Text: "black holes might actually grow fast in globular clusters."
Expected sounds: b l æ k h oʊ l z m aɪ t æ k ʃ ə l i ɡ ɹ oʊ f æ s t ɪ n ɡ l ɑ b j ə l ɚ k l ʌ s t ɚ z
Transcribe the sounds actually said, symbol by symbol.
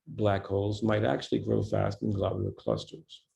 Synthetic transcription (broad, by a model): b l æ k h oʊ l z m aɪ t æ k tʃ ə l i ɡ ɹ oʊ f æ s t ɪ n ɡ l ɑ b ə ɚ k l ʌ s t ɚ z